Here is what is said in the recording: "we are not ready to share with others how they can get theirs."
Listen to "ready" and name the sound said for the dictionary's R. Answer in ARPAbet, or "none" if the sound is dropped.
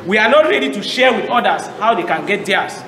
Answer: R